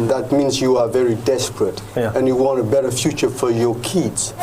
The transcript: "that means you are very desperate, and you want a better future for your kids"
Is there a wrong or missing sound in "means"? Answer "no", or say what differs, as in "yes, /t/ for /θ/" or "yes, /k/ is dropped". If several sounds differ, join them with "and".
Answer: no